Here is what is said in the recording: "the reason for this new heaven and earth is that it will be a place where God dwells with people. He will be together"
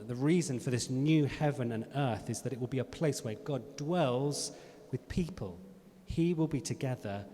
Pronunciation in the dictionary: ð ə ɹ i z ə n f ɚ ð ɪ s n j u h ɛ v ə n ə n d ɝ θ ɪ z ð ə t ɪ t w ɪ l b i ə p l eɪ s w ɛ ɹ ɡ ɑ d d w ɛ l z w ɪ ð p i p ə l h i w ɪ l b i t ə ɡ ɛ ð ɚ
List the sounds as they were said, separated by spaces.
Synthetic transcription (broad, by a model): ð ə ɹ i z ə n f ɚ ð ɪ s n j u h ɛ v ə n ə n ɝ θ ɪ z ð ə t ɪ t w ɪ l b i ə p l eɪ s w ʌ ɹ ɡ ɑ d d w ɛ l z w ɪ ð p i p ə l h i w ɪ l b i t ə ɡ ɛ ð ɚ